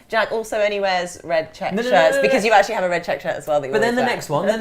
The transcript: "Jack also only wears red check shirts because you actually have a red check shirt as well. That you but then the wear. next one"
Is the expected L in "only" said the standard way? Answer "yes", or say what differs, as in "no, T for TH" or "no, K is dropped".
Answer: no, L is dropped